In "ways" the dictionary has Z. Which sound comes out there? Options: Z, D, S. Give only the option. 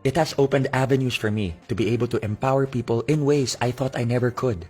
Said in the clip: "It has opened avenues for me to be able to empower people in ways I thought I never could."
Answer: S